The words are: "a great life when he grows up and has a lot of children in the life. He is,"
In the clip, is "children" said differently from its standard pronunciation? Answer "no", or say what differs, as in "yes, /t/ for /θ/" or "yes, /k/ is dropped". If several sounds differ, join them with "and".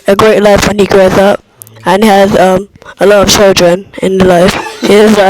no